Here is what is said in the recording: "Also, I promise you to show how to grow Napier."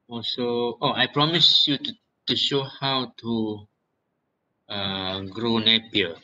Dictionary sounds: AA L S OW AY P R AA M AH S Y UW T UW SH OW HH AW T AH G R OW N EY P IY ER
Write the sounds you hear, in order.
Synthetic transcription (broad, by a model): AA L S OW AY P R AA M AH S Y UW T UW SH OW HH AW T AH G R OW N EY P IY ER